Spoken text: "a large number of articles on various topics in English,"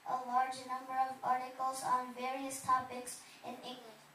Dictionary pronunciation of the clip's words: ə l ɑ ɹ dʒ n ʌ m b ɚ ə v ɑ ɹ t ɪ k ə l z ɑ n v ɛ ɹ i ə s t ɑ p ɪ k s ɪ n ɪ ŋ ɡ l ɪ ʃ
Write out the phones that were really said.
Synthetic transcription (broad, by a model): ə l ɑ ɹ dʒ n ʌ m b ɚ ə v ɑ ɹ t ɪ k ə l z n v ɛ ɹ i ə s t ɑ p ɪ k s ɪ n ɪ ŋ ɡ l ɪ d